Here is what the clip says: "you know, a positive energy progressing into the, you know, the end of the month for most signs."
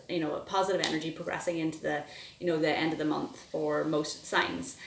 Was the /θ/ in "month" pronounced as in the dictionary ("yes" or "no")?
yes